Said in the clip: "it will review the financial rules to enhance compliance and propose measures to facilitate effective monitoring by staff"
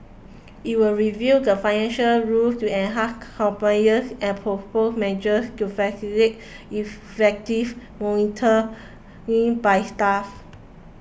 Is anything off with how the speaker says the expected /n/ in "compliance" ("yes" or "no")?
yes